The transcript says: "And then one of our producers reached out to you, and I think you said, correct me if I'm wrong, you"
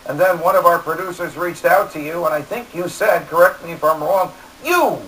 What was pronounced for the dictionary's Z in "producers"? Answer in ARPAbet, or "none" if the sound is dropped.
Z